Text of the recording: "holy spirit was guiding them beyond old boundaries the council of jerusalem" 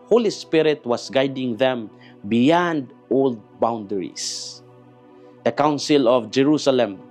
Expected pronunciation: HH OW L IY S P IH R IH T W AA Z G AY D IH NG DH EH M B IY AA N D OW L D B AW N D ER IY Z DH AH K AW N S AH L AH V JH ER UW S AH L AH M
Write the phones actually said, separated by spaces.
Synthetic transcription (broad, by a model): HH OW L IY S P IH R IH T W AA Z G AY D IH NG DH EH M B IY AA N D OW L D B AW N D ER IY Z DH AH K AW N S AH L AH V JH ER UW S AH L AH M